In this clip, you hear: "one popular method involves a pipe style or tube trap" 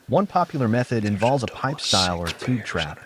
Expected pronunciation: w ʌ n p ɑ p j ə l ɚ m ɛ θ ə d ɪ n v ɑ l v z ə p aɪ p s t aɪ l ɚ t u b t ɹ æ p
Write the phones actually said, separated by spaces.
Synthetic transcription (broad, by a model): w ʌ n p ɑ p j l ɚ m ɛ θ ə d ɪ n v ɑ l v z ə p aɪ p s t aɪ l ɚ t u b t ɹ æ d